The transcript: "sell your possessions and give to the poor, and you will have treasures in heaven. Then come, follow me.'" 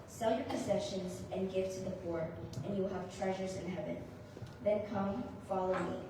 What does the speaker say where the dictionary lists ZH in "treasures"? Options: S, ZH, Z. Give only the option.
ZH